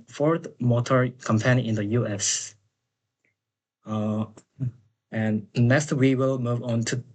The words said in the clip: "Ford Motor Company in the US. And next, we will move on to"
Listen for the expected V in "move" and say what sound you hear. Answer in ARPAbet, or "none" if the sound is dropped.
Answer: V